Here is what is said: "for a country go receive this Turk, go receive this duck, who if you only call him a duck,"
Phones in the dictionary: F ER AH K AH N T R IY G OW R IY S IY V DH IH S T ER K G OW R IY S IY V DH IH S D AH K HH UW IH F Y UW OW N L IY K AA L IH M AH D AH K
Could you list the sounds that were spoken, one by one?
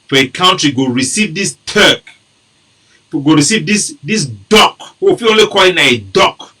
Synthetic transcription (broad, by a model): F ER AH K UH N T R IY G OW R IY S IY V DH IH S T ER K G OW R IY S IY V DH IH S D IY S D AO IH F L OW N L IY K AA L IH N AH D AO K